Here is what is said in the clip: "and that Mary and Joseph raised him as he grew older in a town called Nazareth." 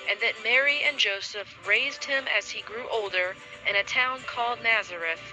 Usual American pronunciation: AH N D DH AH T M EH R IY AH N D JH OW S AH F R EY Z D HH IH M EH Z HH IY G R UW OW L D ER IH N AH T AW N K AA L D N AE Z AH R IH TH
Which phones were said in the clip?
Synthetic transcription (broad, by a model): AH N DH AH T M EH R IY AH N JH OW S AH F R EY Z D HH IH M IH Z IY G R UW OW L D ER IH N AH T AW N K AA L D N AE Z AH R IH TH